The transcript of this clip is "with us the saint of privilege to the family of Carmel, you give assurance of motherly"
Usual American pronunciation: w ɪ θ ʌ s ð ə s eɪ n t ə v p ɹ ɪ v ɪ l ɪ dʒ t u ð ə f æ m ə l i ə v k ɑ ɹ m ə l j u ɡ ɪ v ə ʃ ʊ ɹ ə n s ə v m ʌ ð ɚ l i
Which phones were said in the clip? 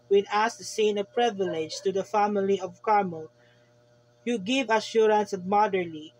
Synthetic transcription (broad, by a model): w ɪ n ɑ s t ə s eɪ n ə p ɹ ɪ v ɪ l ɪ dʒ t u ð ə f æ m ə l i ə v k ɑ ɹ m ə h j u ɡ ɪ v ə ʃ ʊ ɹ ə n s ə v m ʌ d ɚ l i